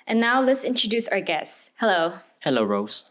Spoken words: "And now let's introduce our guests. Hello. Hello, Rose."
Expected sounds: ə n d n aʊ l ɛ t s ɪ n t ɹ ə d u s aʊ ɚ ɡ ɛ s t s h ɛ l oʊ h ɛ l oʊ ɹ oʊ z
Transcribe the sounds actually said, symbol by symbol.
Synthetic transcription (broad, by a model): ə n n aʊ l ɛ t s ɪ n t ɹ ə d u s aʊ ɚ ɡ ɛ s s h ɛ l oʊ h ɛ l oʊ ɹ oʊ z